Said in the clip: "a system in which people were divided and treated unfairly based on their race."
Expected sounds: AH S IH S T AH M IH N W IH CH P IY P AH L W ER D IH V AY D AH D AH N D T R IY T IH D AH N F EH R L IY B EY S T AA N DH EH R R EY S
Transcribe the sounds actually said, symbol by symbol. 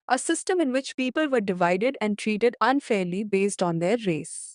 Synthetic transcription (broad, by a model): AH S IH S T AH M IH N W IH CH P IY P AH L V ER D IH V AY D AH D AH N D T R IY T IH D AH N F EH R L IY B EY S T AA N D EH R R EY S